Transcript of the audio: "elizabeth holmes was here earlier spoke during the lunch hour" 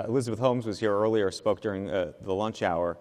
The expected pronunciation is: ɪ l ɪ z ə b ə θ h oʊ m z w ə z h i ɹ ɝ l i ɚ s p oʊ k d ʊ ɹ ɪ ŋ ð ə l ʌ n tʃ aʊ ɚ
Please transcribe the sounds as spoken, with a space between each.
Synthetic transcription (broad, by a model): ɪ l ɪ z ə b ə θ h oʊ m z w ə z h i ɹ ɝ l i ɚ s p oʊ k d ʊ ɹ ɪ ŋ ð ə l ʌ n tʃ aʊ ɚ